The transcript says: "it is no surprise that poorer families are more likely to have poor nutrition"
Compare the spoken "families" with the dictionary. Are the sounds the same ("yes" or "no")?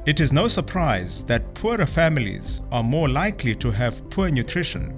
yes